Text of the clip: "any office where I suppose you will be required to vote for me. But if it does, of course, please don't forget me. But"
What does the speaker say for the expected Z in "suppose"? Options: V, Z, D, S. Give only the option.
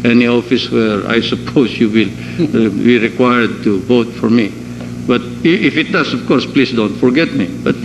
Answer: S